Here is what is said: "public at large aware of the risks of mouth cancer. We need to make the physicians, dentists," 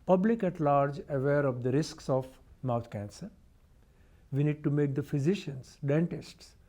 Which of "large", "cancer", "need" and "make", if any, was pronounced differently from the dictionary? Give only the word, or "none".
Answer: none